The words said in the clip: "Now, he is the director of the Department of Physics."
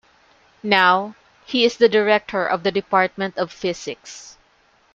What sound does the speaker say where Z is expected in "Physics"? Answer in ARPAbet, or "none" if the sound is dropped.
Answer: S